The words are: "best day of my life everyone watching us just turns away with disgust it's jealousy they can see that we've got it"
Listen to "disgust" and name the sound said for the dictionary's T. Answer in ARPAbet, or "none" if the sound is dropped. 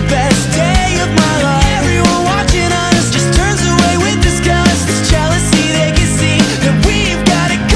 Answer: none